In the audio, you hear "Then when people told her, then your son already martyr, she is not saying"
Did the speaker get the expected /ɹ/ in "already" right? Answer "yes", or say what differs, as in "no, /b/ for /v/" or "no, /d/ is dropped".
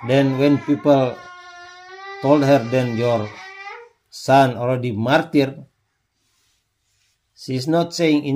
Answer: no, /l/ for /ɹ/